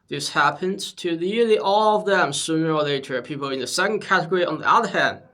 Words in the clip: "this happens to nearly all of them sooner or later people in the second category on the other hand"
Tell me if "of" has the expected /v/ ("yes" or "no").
yes